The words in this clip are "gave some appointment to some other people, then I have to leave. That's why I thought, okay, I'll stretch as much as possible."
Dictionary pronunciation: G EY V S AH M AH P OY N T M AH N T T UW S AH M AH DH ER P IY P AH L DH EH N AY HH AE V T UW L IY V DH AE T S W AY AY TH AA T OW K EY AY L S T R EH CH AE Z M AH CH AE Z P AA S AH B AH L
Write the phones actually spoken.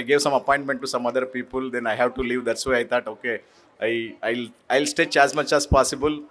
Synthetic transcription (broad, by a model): G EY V S AH M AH P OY N T M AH N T T UW S AH M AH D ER P IY P AH L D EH N AY HH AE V T UW L IY V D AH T S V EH AY T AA T OW K EY AY L S T EH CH AE Z M AH CH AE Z P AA S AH B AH L